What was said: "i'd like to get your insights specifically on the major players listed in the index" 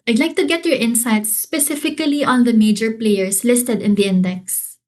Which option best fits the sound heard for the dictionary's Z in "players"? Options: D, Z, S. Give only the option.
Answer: S